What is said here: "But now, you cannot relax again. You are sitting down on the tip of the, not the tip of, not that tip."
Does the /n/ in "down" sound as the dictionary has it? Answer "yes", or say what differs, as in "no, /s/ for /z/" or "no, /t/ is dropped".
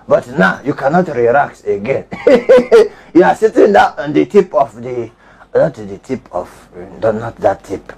no, /n/ is dropped